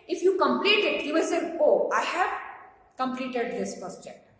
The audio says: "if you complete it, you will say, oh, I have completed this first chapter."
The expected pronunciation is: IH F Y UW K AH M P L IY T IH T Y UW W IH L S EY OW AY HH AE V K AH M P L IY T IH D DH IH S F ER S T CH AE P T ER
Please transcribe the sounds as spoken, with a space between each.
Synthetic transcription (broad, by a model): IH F Y UW K AH M P L IY T IH T Y UW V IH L S EY OW AY HH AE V K AH M P L IY T IH D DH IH S P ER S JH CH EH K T